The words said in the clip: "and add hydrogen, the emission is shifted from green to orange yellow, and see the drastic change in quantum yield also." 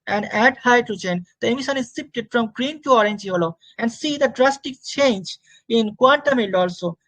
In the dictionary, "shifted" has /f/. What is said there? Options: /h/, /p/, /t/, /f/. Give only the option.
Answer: /p/